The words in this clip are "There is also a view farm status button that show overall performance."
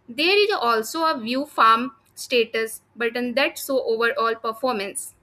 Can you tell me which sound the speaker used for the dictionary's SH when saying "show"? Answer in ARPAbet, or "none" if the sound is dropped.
S